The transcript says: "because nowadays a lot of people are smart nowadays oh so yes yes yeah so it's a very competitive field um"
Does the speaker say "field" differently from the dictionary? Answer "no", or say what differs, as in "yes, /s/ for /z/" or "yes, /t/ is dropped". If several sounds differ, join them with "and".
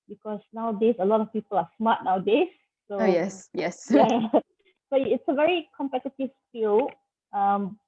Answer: yes, /d/ is dropped